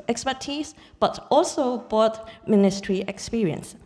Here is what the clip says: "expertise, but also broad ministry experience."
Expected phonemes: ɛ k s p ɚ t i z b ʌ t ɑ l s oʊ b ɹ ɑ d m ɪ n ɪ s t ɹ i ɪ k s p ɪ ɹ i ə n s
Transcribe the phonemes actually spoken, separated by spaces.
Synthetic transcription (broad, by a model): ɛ k s p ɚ t i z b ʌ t ɑ l s oʊ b ɑ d m ɪ n ɪ s t ɹ i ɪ k s p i ɹ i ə n s